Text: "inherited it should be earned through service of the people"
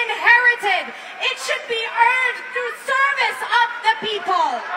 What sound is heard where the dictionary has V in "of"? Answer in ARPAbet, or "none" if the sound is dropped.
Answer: V